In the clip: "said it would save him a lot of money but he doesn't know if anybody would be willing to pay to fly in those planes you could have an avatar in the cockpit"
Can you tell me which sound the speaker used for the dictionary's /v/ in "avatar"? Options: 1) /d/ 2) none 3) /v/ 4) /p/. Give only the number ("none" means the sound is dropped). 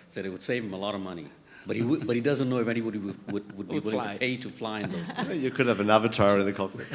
3